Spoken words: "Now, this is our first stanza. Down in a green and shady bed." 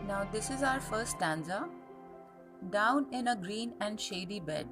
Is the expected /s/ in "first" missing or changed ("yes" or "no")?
no